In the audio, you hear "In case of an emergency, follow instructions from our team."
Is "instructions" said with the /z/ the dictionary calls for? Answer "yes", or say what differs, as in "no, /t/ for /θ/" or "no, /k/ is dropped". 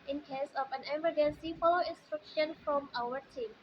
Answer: no, /z/ is dropped